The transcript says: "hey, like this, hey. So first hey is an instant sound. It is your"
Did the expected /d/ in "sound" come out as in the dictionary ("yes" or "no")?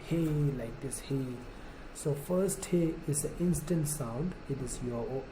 yes